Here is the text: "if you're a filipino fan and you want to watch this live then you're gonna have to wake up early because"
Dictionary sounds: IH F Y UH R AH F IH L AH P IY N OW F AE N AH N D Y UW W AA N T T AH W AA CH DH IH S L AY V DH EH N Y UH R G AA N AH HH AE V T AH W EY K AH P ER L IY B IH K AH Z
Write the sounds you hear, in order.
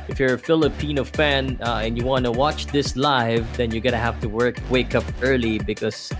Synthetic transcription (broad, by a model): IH F Y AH R AH F IH L AH P IY N OW F AE N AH N Y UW W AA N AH W AA CH DH IH S L AY V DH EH N Y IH G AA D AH HH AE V T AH W EY K AH P ER L IY B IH K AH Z